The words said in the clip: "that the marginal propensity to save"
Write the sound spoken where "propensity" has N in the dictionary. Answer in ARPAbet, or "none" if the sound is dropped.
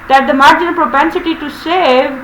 N